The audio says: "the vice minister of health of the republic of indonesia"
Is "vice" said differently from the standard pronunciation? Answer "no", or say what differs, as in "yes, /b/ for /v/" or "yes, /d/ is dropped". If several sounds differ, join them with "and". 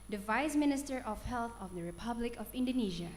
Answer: no